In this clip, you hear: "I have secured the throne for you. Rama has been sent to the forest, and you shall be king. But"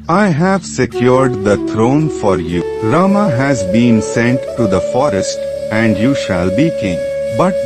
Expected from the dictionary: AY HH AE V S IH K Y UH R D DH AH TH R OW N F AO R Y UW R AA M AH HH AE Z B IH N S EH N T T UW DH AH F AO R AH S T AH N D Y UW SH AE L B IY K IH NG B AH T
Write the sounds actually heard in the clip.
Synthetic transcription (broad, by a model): AY HH AE V S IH K Y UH R D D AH T R OW N F AO R Y UW R AA M AH HH AE Z B IH N S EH N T T UW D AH F AO R AH S T AH N D Y UW SH AE L B IY K IH NG B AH T